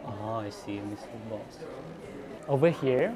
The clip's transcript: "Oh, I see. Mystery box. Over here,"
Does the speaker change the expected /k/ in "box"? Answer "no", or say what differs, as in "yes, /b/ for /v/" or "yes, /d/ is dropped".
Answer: yes, /k/ is dropped